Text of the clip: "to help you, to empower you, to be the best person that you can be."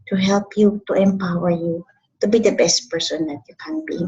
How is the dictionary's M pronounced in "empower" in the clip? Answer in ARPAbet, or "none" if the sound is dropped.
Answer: M